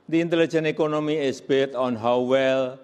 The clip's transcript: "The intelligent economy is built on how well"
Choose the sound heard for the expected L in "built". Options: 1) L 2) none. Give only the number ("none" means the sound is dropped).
2